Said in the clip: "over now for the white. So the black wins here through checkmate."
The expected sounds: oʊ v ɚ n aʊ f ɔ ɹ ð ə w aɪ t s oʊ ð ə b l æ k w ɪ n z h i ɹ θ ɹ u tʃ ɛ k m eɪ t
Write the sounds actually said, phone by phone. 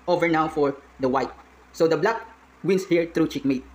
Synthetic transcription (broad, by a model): oʊ v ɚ n aʊ f ɔ ɹ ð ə w aɪ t s oʊ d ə b l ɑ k w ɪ n s h i ɹ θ ɹ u tʃ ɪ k m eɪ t